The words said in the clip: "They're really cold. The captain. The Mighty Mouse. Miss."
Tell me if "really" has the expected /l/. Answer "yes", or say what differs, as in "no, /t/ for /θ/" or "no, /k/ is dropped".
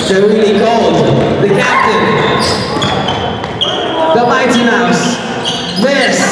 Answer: no, /l/ is dropped